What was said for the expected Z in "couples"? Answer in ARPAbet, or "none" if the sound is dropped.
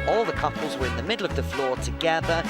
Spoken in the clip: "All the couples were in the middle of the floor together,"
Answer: Z